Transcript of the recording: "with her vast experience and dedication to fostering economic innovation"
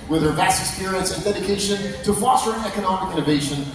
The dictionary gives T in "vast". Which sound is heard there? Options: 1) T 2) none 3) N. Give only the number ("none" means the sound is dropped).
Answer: 2